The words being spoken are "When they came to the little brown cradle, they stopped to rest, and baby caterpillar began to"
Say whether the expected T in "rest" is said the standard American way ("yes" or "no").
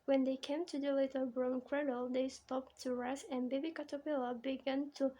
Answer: no